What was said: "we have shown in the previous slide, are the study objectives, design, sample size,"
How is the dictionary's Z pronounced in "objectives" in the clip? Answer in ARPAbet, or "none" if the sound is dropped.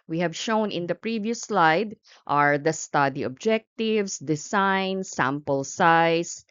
S